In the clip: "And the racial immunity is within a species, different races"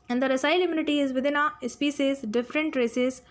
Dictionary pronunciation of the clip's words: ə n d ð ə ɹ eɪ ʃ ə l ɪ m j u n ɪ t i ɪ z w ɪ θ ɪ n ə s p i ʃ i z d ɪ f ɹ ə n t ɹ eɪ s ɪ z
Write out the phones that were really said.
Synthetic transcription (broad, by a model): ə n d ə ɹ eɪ s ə l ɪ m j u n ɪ t i ɪ z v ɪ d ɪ n ə s p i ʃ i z d ɪ f ɹ ə n t ɹ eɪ s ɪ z